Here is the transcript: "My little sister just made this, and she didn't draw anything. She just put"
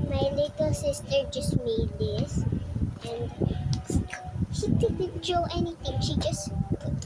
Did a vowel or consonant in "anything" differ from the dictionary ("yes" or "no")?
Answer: yes